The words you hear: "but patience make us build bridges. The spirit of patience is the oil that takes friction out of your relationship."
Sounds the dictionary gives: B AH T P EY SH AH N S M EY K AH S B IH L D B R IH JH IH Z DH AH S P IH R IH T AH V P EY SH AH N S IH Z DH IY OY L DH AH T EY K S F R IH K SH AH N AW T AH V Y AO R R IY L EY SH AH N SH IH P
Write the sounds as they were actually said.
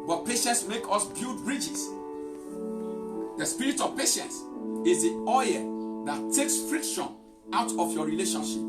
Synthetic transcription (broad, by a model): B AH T P EY SH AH N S M EY K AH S B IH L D B R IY JH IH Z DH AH S P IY R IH T AH V P EY SH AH N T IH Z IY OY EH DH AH T EY K S F R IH K SH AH N AW T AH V Y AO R R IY L EY SH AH N SH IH P